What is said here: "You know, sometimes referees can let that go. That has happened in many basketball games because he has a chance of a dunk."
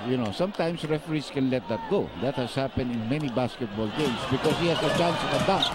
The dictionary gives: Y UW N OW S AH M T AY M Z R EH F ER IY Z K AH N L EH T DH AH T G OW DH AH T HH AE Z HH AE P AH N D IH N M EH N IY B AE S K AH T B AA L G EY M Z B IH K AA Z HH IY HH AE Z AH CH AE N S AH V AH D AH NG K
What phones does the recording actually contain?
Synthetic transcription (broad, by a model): Y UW N OW S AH M T AY M S R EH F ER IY S K AH N L EH T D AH T G OW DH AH T HH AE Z HH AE P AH N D IH N M EH N IY B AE S K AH T B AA L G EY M S B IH K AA S HH IY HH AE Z AH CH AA N S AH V AH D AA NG